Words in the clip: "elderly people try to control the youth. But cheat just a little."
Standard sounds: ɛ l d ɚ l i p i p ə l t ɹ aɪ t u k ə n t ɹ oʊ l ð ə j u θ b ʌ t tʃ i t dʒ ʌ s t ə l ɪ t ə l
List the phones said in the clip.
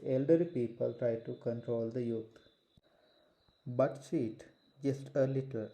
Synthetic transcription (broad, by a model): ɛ l d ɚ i p i p ə l t ɹ aɪ t u k ə n t ɹ oʊ l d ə j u t b ʌ t s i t dʒ ʌ s t ə l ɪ t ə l